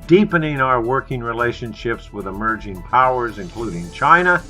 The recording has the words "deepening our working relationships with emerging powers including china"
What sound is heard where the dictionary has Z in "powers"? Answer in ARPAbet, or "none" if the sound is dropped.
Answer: Z